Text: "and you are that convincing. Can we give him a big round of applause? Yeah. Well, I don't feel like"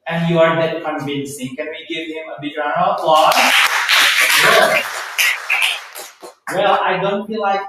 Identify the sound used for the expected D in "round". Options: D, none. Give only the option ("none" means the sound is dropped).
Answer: none